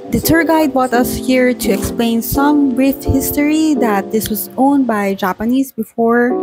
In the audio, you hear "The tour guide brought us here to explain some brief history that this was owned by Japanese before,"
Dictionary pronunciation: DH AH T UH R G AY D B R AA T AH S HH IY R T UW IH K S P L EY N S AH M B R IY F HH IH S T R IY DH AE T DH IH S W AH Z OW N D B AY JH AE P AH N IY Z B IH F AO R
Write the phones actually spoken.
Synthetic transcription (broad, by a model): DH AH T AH R G AY D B AA T AH S HH IY R T UW IH K S P L EY N S AH M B R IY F HH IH S T R IY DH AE T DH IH S W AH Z OW N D B AY JH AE P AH N IY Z B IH F AO R